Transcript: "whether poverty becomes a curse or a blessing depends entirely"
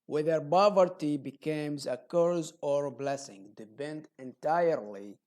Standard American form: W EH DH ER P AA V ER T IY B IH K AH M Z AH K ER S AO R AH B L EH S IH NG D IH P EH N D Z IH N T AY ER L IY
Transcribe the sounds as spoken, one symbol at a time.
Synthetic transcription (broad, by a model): W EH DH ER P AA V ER T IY B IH K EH M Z AH K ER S AO R B L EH S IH NG D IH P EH N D IH N T AY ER L IY